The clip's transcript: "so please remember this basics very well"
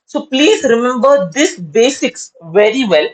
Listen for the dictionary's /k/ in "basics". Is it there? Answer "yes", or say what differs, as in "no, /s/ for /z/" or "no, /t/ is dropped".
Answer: yes